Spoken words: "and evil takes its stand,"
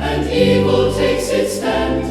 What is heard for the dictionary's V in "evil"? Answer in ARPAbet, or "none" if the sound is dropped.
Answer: W